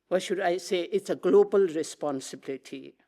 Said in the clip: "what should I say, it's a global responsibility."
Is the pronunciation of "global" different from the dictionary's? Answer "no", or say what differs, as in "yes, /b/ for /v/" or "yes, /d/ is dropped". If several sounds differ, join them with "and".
no